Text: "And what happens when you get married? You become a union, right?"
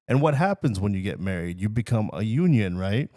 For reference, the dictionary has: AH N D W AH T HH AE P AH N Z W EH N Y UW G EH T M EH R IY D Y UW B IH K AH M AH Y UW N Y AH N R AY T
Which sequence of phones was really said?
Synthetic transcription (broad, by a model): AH N W AH T HH AE P AH N Z W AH N Y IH G EH T M EH R IY D Y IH B IH K AH M AH Y UW N Y AH N R AY T